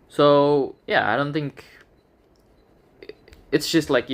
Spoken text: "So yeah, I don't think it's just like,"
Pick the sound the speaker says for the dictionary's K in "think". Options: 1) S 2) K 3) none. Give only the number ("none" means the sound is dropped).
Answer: 2